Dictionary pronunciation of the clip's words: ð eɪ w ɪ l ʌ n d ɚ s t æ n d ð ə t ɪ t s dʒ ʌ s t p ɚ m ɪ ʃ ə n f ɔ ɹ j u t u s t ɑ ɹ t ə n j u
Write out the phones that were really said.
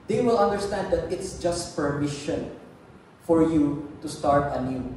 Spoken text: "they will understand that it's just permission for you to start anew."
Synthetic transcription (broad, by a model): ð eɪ w ɪ l ʌ n d ɚ s t æ n d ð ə t ɪ t s dʒ ʌ s t p ɚ m ɪ ʃ ə n f ɔ ɹ j u t u s t ɑ ɹ t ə n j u